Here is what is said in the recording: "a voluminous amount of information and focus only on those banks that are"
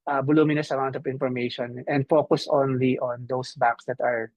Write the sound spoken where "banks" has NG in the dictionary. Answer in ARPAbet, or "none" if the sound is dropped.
none